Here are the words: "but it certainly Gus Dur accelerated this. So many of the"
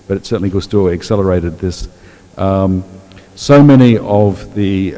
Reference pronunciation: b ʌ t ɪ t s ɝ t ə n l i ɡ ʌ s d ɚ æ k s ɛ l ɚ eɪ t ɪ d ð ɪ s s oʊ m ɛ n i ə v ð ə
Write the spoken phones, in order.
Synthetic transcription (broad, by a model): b ʌ t ɪ t s ɝ t n l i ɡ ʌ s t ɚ æ k s ɛ l ɚ eɪ t ɪ d ð ɪ s s oʊ m ɛ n i ə v ð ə